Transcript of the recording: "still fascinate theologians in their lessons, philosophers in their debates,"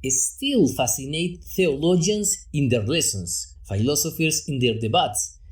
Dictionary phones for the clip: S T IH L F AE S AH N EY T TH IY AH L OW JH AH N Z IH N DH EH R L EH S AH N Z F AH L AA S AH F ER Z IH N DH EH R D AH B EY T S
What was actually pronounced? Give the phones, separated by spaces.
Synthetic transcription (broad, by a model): S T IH L F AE S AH N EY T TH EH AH L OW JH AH N S IH N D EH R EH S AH N S F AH L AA S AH F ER S IH N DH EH R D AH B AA T S